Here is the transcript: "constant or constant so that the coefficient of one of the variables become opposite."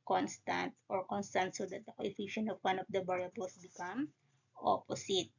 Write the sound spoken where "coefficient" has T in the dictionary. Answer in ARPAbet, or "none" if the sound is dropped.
none